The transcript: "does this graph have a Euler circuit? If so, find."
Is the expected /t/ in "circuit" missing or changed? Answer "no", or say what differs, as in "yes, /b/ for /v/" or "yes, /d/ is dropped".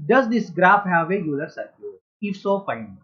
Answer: yes, /t/ is dropped